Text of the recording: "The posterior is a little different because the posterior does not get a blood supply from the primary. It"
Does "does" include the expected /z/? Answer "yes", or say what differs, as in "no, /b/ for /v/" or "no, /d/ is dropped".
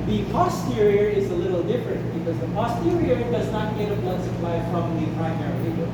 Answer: yes